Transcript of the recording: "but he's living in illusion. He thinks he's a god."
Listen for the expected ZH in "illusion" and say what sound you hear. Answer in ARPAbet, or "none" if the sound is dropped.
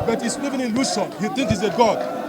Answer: S